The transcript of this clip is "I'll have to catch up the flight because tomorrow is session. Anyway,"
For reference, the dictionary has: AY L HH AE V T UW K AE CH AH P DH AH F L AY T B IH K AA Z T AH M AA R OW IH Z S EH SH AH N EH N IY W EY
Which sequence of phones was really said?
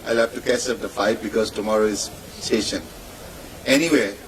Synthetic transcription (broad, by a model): AY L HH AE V T UW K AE S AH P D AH F AY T B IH K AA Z T AH M AA R OW IH Z S EH SH AH N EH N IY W EY